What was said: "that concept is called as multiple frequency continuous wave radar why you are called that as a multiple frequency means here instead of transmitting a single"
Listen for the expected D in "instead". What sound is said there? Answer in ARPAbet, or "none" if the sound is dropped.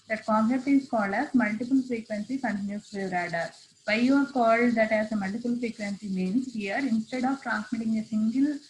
D